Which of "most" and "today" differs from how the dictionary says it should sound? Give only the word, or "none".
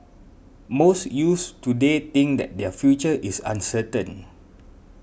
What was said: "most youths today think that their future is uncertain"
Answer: none